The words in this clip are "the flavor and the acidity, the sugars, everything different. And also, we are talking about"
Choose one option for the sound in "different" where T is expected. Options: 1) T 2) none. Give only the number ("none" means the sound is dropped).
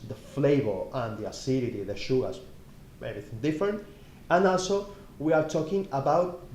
1